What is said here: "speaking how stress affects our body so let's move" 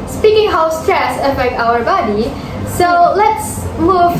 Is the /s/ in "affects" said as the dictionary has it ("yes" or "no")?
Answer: no